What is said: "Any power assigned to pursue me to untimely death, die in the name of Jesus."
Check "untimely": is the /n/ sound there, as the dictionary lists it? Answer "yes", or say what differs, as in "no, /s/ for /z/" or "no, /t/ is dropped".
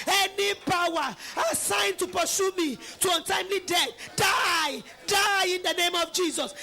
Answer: yes